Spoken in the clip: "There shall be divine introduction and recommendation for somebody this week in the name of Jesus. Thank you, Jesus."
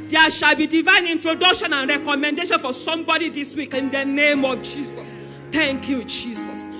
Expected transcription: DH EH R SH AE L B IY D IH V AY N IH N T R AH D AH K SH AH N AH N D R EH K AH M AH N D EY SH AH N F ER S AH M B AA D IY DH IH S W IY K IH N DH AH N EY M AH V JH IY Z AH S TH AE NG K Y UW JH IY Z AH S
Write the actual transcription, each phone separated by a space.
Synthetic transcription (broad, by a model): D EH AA SH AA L B IY D IH V AY N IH N T R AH D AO K SH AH N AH N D R EH K AH M AH N D EY SH AH N F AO S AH M B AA D IY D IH S W IY K IH N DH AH N EY M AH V JH IY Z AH S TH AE NG K Y UW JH IY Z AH S